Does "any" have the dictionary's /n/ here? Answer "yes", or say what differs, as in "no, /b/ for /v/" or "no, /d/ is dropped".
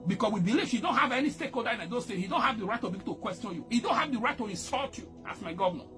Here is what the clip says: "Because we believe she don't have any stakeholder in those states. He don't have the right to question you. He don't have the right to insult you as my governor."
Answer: yes